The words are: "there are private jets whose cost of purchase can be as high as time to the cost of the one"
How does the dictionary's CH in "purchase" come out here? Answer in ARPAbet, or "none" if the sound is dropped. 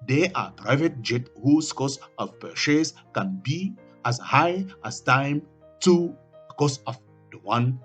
SH